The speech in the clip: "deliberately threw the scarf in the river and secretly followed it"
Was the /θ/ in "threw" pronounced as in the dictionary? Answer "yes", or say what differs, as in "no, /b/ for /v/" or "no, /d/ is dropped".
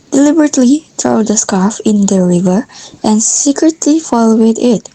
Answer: no, /t/ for /θ/